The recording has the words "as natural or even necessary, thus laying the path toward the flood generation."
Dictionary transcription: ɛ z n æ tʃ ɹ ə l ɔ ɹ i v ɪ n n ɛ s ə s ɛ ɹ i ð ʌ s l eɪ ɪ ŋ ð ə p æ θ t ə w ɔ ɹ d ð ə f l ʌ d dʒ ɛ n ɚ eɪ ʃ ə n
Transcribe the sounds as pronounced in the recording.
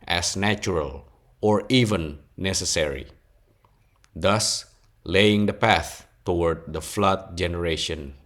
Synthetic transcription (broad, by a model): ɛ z n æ tʃ ɹ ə l ɔ ɹ i v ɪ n n ɛ s ə s ɛ ɹ i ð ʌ s l eɪ ɪ ŋ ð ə p æ θ t ə w ɔ ɹ d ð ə f l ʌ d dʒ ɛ n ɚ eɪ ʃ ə n